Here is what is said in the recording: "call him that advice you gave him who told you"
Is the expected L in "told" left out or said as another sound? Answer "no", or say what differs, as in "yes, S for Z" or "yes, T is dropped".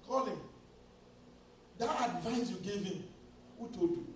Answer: yes, L is dropped